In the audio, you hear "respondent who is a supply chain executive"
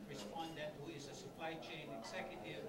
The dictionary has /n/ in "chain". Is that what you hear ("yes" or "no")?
yes